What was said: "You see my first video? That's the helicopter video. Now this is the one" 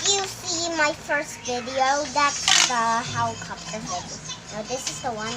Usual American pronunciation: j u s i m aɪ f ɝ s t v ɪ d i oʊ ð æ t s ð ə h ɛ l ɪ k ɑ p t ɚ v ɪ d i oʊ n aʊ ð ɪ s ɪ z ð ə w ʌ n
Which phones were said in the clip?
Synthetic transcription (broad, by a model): j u s i m aɪ f ɝ s t v ɪ d i oʊ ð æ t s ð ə h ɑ ɪ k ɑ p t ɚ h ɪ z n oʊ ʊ ð ɪ s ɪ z ð ə w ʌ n